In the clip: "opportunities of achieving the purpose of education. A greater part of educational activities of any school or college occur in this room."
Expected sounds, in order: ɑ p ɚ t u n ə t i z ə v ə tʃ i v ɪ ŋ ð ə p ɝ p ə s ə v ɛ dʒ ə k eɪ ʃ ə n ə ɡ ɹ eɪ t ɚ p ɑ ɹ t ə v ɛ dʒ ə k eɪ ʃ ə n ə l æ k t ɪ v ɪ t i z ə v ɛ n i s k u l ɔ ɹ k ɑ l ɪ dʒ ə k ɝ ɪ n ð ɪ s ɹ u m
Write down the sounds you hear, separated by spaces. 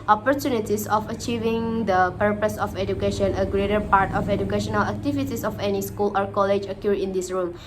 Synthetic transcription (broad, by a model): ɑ p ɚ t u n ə t i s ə f ə tʃ i v ɪ ŋ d ə p ɝ p ə s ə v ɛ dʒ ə k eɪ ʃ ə n ə ɡ ɹ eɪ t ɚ p ɑ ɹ t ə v ɛ dʒ ə k eɪ ʃ ə n ə l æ k t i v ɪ t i s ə f ɛ n i s k u l ɔ ɹ k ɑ l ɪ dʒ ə k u ɪ n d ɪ s ɹ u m